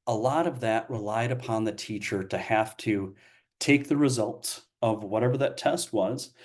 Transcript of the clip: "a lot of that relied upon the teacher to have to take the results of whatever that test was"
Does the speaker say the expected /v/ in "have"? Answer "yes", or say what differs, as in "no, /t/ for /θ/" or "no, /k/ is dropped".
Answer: no, /f/ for /v/